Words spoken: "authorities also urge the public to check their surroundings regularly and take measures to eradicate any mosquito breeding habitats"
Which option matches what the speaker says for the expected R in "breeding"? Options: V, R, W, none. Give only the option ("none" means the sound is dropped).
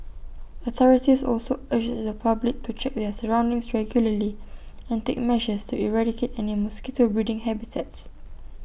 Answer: none